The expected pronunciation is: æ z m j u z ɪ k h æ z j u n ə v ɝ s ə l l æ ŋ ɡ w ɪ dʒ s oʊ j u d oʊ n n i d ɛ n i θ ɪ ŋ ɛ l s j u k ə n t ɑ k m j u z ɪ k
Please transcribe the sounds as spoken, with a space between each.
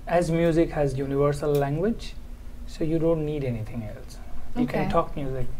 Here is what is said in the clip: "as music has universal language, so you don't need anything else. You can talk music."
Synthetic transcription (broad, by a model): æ z m j u z ɪ k h æ z j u n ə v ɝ s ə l l æ ŋ ɡ w ɪ dʒ s oʊ j u d oʊ n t i d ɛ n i t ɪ ŋ ɛ l s j u k ə n t ɑ k m j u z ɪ k